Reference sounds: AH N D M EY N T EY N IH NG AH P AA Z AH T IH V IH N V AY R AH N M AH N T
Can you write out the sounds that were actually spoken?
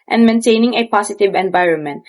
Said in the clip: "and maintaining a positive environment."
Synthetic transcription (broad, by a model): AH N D M EY N T EY N IH NG AH P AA S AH T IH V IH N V AY R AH N M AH N T